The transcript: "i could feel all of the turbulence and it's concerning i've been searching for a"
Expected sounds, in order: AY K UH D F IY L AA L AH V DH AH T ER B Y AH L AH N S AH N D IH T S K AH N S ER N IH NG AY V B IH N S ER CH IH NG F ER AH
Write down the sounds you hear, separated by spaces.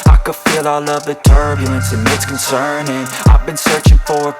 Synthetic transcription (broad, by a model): AY K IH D F IY L AA L AH V DH AH T ER B Y AH L AH N S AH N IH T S K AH N S ER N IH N AY V B IH N S ER CH IH NG F ER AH